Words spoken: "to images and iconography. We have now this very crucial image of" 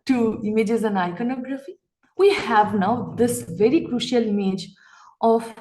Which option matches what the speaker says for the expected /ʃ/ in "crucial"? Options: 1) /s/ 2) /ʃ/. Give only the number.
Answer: 2